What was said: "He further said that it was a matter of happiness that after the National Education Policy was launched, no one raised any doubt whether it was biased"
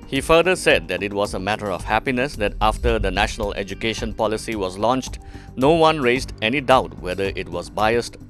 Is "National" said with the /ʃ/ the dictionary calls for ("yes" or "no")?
yes